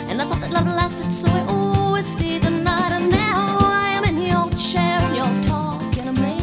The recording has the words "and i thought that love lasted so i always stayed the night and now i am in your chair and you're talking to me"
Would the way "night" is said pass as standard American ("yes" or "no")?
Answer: yes